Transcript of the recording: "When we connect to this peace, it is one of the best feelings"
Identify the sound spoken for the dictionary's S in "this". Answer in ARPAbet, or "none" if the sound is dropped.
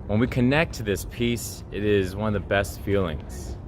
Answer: S